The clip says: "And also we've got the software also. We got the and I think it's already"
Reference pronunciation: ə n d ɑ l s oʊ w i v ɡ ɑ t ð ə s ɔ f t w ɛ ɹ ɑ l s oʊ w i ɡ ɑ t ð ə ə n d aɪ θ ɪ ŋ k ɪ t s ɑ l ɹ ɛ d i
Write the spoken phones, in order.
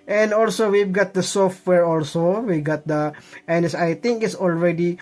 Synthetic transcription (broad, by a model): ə n d ɑ l s oʊ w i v ɡ ɑ t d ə s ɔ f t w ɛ ɹ ɑ l s oʊ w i ɡ ɑ t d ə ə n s aɪ t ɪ ŋ k ɪ t s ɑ l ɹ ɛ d i